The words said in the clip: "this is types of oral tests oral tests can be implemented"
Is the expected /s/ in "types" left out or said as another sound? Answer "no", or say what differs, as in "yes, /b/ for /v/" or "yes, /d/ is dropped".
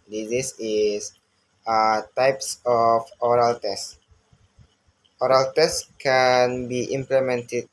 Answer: no